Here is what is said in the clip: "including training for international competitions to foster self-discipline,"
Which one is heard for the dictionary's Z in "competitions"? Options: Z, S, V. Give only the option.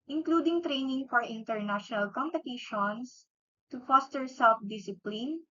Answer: S